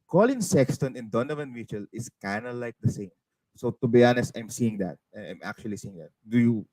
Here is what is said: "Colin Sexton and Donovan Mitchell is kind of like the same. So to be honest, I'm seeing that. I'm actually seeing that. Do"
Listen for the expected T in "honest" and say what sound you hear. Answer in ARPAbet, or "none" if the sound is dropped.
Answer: none